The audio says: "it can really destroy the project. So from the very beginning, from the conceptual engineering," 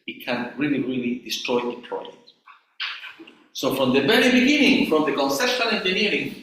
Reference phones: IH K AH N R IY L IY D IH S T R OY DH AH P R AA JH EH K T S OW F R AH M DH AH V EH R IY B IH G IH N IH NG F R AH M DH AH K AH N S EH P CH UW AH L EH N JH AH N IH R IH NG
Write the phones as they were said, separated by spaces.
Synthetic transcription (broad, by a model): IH K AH N R IY L IY D IH S T R OY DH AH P L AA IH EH T S OW F R AH M DH AH V EH R IY B IH G IH N IH NG F R AH M DH AH K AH N S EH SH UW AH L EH N JH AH N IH R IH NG